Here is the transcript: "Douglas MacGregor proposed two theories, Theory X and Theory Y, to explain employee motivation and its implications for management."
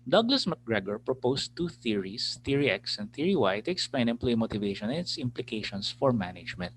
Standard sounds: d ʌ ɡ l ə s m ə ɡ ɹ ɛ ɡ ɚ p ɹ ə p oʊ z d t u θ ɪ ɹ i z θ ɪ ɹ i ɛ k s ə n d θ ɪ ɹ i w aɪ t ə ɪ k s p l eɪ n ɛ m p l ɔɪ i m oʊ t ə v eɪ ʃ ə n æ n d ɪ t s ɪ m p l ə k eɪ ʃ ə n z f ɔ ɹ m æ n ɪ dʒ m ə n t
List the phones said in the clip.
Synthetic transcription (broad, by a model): d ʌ ɡ l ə s m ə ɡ ɹ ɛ ɡ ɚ p ɹ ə p oʊ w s t u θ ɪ ɹ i s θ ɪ ɹ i ɛ k s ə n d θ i ɹ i w aɪ t ə ɪ k s p l eɪ n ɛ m p l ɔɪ m oʊ t ə v eɪ ʃ ə n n ɪ t s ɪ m p l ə k eɪ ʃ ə n s f ɔ ɹ m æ n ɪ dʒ m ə n t